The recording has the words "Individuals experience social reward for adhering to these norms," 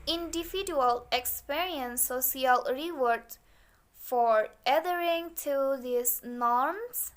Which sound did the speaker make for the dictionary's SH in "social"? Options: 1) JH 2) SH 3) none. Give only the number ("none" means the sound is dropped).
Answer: 3